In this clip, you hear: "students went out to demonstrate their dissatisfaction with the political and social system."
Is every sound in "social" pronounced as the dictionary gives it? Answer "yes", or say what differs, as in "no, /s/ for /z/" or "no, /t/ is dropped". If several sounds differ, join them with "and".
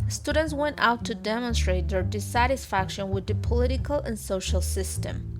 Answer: yes